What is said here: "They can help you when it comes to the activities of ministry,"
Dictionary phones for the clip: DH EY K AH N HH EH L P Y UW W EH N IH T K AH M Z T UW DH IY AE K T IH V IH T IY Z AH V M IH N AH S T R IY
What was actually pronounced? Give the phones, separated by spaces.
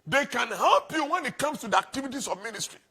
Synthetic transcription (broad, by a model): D EY K AH N HH EH L P Y UW W EH N IH T K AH M S T UW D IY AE K T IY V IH T IY S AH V M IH N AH S T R IY